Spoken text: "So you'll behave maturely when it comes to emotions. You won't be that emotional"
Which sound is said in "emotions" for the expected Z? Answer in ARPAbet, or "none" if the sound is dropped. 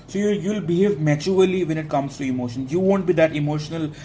none